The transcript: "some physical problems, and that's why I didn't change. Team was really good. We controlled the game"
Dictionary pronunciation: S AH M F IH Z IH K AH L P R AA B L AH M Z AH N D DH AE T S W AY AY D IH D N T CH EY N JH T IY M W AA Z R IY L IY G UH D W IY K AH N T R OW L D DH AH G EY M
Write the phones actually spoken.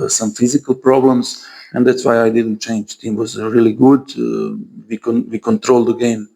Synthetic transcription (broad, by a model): S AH M F IH Z IH K AH L P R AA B L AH M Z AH N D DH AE T S W AY AY D IH D N T CH EY N JH T IY M W AA Z R IY L IY G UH D W IY K AH N T R OW L D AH G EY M